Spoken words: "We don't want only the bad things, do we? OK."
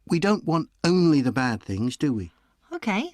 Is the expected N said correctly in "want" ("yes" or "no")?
yes